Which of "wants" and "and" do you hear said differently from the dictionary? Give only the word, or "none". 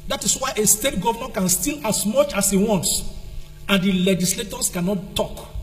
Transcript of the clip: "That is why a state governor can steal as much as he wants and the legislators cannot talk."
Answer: none